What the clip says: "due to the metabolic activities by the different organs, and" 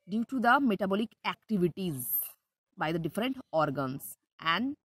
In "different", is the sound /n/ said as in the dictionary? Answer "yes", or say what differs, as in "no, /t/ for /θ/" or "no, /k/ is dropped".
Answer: yes